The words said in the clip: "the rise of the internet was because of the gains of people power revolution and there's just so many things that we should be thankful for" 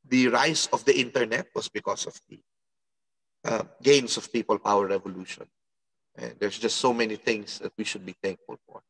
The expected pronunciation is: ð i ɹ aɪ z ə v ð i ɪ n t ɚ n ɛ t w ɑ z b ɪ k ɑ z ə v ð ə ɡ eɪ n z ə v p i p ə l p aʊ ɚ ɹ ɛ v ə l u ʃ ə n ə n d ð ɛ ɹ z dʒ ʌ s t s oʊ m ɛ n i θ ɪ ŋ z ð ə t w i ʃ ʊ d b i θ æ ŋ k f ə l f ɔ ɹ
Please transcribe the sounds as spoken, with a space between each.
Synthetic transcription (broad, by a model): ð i ɹ aɪ s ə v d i ɪ n t ɚ n ɛ t w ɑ s b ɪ k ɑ s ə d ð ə ɡ eɪ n s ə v p i p ə l p aʊ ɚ ɹ ɛ v ə l u ʃ ə n ə n d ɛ ɹ s dʒ ʌ s t s oʊ m ɛ n i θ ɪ ŋ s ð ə t w i ʃ ʊ d b i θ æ ŋ k f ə l f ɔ ɹ